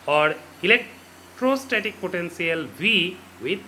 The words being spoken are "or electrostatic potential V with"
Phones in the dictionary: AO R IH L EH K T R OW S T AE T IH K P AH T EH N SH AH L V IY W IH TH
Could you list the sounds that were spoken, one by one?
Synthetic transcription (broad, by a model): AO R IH L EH K T R OW S T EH T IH K P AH T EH N S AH L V IY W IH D